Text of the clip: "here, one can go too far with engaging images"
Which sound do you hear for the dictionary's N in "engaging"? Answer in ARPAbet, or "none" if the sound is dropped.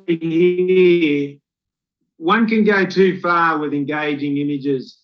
N